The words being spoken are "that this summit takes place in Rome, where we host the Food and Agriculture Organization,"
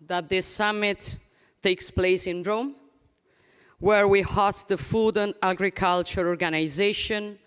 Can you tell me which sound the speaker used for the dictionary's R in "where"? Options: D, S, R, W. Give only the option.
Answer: R